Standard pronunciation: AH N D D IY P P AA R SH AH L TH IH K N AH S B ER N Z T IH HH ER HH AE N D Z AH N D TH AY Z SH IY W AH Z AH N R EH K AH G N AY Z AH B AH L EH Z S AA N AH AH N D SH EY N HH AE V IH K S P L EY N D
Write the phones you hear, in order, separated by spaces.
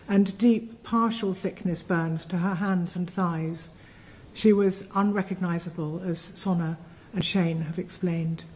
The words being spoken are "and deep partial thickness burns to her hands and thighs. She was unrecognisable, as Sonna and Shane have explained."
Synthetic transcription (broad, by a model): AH N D D IY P P AA R SH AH L TH IH K N AH S B ER N Z T IH ER HH AE N D Z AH N TH AY Z SH IY W AH Z AH N R EH K AH G N AY Z AH B AH L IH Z S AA N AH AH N SH EY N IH V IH K S P L EY N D